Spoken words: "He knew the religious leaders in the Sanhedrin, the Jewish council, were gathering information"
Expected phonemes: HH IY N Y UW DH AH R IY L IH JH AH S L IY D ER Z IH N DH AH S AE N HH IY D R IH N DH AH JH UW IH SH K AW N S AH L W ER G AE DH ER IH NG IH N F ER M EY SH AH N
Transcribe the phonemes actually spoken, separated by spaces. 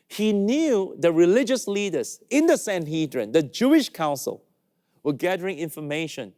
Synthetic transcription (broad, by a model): HH IY N Y UW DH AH R IY L IH JH AH S L IY D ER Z IH N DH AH S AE N HH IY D R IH N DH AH JH UW IH SH K AW N S AH L W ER G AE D ER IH NG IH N F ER M EY SH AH N